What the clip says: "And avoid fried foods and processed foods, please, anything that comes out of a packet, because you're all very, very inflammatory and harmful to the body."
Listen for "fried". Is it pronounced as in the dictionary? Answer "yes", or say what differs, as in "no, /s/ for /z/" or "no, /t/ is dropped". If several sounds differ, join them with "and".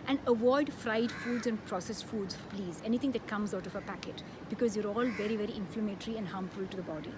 yes